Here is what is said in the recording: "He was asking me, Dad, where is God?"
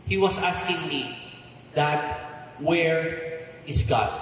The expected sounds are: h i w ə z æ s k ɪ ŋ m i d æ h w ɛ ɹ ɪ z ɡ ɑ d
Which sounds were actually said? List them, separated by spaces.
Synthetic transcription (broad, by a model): h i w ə s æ s k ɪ ŋ m i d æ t w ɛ ɹ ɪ s ɡ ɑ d